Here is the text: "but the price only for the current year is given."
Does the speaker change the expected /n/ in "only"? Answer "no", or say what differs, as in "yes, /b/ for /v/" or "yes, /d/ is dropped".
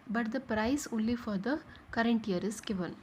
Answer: yes, /n/ is dropped